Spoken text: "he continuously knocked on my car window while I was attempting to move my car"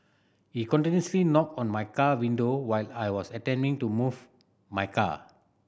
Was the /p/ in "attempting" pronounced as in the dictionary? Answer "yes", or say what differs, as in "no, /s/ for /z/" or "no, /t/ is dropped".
no, /p/ is dropped